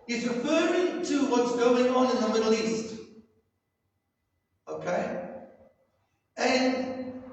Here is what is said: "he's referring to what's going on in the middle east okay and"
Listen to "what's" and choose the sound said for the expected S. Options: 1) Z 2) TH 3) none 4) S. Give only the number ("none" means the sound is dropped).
4